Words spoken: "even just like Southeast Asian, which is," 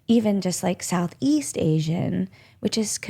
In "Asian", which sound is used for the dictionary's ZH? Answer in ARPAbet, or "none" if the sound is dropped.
ZH